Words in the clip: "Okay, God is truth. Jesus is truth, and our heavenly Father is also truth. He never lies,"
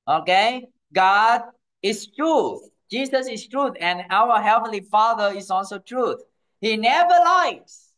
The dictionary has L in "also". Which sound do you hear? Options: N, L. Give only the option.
L